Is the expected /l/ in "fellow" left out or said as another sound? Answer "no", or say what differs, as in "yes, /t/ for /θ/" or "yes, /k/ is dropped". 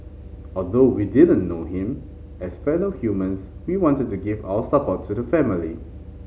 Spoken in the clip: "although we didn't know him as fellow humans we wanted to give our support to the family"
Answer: yes, /n/ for /l/